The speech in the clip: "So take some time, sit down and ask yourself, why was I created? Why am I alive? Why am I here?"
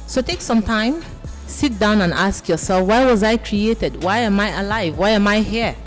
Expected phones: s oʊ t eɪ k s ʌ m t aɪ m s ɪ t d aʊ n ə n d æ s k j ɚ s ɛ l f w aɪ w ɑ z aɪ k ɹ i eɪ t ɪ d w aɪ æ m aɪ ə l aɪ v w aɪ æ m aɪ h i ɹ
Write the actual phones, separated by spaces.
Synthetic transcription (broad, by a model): s oʊ t eɪ k s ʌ m t aɪ m s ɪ t d aʊ n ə n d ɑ s k j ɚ s ɛ l f w aɪ w ɑ z aɪ k ɹ i eɪ t ɪ d w aɪ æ m aɪ ə l aɪ v w aɪ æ m aɪ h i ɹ